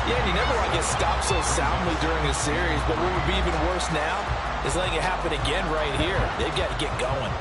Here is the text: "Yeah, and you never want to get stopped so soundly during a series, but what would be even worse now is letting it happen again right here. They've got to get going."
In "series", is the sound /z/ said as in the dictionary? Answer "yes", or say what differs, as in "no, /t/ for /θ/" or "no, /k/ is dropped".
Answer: yes